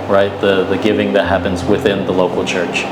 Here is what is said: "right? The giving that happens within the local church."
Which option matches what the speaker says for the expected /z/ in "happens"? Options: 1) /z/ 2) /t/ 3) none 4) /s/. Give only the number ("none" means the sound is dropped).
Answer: 1